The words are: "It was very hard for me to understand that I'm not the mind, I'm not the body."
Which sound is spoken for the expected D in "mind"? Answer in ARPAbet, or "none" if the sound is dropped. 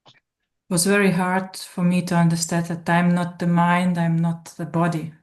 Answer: D